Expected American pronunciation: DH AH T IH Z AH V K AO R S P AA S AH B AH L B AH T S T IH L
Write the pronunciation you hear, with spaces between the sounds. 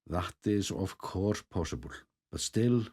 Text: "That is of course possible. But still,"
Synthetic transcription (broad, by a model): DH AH T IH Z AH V K AO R P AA S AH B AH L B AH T S T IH L